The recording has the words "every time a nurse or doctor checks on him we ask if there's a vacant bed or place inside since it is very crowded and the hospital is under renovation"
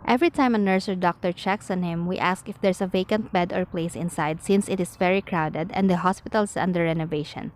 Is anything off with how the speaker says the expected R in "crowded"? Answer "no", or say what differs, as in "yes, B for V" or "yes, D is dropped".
no